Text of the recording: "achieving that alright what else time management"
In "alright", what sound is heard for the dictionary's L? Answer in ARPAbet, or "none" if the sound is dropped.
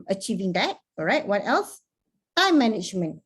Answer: none